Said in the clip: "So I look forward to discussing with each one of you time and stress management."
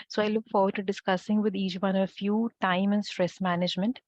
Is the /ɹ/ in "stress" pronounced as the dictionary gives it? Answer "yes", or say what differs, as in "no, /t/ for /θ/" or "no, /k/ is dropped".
yes